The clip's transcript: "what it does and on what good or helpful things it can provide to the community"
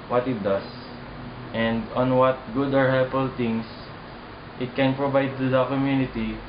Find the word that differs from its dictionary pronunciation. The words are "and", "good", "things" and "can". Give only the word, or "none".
things